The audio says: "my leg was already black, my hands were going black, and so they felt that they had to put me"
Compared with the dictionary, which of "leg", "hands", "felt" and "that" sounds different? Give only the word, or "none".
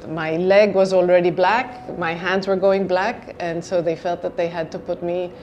none